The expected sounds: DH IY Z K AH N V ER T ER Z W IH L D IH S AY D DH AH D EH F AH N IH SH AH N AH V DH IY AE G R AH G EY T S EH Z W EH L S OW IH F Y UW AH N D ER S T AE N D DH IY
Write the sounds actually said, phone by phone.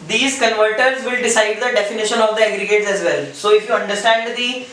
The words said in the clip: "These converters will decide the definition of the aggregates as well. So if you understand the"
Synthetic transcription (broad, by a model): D IY Z K AH N V ER T ER Z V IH L D IH S AY D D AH D EH F AH N IH SH AH N AH V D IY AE G R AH G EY T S EH Z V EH L S OW IH F Y UW AH N D ER S T AE N D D IY